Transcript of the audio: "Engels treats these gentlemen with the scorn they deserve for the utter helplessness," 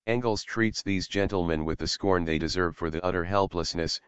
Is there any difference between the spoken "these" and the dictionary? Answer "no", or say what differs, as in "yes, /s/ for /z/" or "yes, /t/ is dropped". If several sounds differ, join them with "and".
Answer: no